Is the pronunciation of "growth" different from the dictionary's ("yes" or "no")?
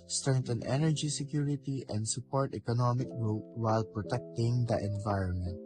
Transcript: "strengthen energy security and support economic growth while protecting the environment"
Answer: yes